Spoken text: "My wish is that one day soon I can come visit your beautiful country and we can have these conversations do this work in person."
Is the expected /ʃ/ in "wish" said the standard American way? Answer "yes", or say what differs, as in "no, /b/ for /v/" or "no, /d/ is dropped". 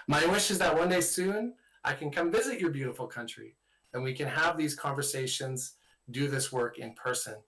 yes